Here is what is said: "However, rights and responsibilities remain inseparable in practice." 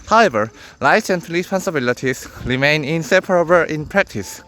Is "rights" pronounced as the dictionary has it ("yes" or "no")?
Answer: no